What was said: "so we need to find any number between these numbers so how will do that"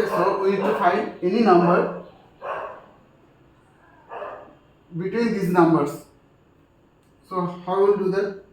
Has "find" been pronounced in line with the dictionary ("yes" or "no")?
no